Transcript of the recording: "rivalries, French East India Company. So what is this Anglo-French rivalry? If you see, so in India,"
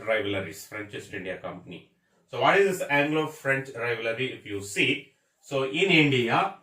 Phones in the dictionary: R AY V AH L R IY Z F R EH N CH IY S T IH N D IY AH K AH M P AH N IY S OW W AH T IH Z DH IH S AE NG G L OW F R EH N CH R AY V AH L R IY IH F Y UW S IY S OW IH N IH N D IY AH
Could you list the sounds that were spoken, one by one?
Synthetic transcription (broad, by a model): R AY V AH L R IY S F R EH N CH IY S T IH N D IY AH K AH M P AH N IY S OW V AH T IH Z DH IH S AE NG G L OW F R EH N CH R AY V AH R IY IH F Y UW S IY S OW IH N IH N D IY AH